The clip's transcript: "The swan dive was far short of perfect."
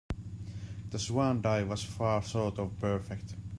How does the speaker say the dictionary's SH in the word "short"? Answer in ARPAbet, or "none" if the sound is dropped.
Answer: S